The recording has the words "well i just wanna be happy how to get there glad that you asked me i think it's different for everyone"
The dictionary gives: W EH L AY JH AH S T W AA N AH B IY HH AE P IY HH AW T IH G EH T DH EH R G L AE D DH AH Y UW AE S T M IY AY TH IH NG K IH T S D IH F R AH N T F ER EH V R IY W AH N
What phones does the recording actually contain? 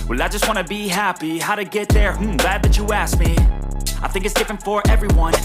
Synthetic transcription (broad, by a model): W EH L AY JH AH S T W AA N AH B IY HH AE P IY HH AW T IH G EH T DH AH R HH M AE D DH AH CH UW AE S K M IY AY TH IH NG K IH T S D IH F R AH N T F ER EH V R IY W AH N